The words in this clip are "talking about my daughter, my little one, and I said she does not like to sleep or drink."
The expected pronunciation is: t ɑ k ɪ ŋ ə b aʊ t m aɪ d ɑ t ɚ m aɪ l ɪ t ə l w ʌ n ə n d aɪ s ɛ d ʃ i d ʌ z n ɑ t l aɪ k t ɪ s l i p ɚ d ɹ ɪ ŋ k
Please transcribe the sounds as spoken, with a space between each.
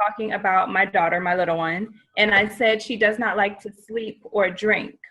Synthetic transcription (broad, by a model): ɑ k ɪ ŋ ə b aʊ t m aɪ d ɑ t ɚ m aɪ l ɪ t l w ʌ n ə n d aɪ s ɛ d ʃ i d ʌ z n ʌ t l aɪ k t ɪ s l i p ɚ d ɹ ɪ ŋ k